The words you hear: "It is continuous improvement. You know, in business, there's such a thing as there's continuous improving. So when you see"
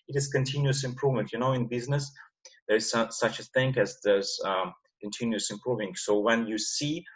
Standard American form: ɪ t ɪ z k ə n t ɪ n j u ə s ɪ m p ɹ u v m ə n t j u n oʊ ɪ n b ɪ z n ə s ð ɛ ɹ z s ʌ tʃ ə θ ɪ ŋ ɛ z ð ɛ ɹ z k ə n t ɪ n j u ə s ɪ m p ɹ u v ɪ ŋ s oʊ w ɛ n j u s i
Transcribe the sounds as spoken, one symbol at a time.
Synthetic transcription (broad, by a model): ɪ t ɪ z k ə n t ɪ n j u ə s ɪ m p ɹ u v m ə n t j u n oʊ ɪ n b ɪ z n ə s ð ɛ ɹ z s ʌ tʃ ə θ ɪ ŋ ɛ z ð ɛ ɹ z k ə n t ɪ n j u ə s ɪ m p ɹ u v ɪ ŋ s oʊ w ɛ n j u s i